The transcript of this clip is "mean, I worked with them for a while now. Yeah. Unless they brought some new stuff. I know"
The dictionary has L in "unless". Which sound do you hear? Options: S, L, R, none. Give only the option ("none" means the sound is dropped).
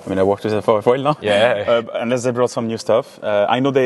none